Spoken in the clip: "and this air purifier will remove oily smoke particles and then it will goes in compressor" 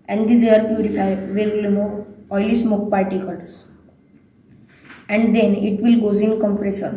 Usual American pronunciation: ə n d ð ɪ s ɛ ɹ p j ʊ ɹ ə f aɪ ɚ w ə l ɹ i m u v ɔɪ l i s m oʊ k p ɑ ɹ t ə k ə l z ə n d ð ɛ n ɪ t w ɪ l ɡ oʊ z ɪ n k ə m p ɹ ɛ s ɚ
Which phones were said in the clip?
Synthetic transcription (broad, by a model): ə n d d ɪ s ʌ ɹ p j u ɹ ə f aɪ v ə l l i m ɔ ɔɪ l i s m oʊ k p ɑ ɹ t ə k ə l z ə n d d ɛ n ɪ t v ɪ l ɡ oʊ z ɪ n k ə m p ɹ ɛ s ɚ